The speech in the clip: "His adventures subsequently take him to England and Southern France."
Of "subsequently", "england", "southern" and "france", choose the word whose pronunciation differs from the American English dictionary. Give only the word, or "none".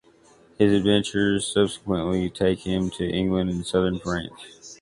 france